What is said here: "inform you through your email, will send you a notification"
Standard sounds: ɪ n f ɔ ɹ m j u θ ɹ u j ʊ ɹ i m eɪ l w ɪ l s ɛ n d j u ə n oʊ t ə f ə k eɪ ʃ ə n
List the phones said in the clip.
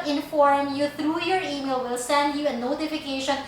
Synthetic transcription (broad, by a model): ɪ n f ɔ ɹ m j u t ɹ u j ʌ ɹ i m eɪ l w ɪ l s ɛ n d j u ə n oʊ t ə f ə k eɪ ʃ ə n